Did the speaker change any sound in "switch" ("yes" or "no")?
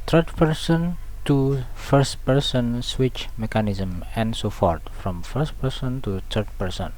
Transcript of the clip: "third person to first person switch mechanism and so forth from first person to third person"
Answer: no